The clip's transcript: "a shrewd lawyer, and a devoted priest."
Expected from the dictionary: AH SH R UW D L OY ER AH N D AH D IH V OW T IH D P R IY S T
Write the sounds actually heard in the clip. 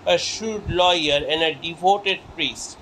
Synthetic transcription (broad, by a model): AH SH UW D L OY ER AH N D AH D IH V OW T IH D P R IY S T